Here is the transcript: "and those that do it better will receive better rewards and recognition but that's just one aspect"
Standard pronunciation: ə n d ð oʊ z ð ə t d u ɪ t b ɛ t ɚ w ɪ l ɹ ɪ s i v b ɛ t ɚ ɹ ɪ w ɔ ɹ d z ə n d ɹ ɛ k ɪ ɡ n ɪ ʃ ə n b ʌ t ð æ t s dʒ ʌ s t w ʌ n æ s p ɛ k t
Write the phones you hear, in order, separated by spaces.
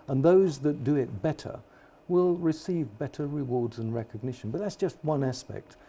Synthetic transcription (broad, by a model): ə n ð oʊ z ð ə t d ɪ ɪ t b ɛ t ɚ w ɪ l ɹ ɪ s i v b ɛ t ɚ ɹ ɪ w ɔ ɹ d z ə n ɹ ɛ k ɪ ɡ n ɪ ʃ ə n b ʌ t ð æ t s dʒ ʌ s t w ʌ n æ s p ɛ k t